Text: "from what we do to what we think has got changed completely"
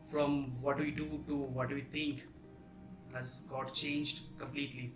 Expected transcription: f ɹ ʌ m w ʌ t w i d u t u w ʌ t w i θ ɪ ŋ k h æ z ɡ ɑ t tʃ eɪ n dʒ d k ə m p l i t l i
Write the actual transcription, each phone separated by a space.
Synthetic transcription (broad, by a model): f ɹ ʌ m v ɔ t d i d u t u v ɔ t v i t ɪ ŋ k h æ z ɡ ɑ t tʃ eɪ n dʒ d k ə m p l i t l i